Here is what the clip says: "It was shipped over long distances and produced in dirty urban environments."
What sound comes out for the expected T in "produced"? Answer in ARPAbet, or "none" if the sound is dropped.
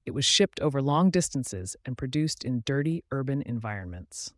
T